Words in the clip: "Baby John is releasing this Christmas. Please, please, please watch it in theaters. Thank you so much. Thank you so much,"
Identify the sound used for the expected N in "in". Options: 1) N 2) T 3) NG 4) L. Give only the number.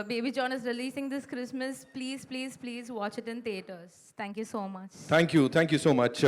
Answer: 1